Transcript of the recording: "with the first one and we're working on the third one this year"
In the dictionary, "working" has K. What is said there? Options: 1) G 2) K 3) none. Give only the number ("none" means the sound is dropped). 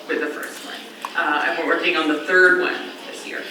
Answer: 3